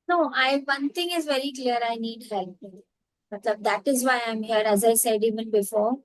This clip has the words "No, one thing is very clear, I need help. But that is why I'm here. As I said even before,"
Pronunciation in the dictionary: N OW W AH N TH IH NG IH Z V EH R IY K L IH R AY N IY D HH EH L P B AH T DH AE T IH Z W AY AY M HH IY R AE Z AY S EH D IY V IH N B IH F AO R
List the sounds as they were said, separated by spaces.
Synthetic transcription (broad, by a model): N OW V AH N T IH NG IH Z V EH R IY K L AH R AY N IY D HH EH L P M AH T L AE T IH Z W AY AY M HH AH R AE Z AY S EH D IY V IH N B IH F AO R